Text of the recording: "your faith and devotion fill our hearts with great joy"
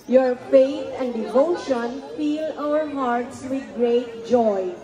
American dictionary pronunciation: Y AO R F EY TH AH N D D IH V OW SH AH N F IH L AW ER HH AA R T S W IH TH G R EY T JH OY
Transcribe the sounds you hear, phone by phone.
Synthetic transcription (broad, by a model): Y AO R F EY T AH N D D IH V OW SH AH N F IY L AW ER HH AA R T S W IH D G R EY T JH OY